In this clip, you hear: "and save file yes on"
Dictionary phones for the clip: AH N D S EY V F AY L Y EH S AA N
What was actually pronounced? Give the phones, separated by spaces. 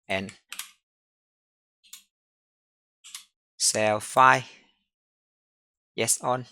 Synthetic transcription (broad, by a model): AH N S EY W F AY Y EH S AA N